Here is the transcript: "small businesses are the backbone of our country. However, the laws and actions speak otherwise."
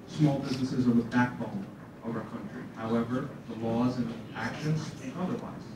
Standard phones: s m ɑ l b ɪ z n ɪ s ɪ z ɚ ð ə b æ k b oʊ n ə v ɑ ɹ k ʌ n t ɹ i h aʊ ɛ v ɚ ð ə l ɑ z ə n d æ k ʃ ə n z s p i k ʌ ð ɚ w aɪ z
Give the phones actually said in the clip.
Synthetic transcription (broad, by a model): s m ɑ l b ɪ z n ɪ s ɪ z ɚ ð ə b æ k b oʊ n ə v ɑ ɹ k ʌ n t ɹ i h aʊ ɛ v ɚ ð ə l ɑ z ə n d æ k ʃ ə n z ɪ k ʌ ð ɚ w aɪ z